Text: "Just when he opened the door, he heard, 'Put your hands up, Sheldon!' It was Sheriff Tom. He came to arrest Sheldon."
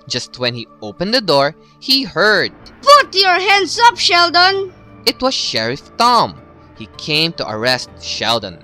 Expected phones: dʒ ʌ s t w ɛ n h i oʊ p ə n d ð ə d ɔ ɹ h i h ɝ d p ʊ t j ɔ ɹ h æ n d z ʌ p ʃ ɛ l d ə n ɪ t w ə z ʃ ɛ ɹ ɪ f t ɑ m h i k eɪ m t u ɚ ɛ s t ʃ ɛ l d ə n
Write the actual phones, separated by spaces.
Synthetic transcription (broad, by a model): dʒ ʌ s t w ɛ n h i oʊ p ə n d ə d ɔ ɹ h i h ɝ d p ʊ t j ɔ ɹ h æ n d s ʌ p ʃ ɛ l d ə n ɪ t w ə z ʃ ɛ ɹ ɪ f t ɑ m h i k eɪ m t u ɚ ɛ s t ʃ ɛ l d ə n